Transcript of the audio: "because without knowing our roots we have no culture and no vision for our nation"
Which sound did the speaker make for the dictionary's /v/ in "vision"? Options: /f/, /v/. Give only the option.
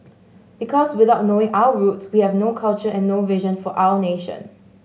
/v/